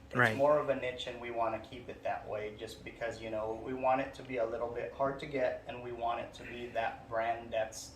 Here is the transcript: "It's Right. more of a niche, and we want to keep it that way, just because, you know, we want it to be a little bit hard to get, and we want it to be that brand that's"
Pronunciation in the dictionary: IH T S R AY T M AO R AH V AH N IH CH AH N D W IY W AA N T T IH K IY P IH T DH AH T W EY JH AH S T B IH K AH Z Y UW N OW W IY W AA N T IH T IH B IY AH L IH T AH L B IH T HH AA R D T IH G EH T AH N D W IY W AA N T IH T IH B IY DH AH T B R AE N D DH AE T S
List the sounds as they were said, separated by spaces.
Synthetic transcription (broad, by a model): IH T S M AO R AH V AH N IH CH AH N W IY W AA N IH K IY P IH T DH AH T W EY JH AH S B IH K AH Z Y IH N OW W IY W AA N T IH T IH B IY AH L IH T L B IH T HH AA R D T IH G EH T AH N W IY W AA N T IH T IH B IY DH AH T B R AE N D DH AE T S